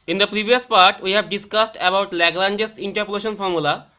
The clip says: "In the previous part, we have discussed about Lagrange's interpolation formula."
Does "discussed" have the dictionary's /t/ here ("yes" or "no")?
yes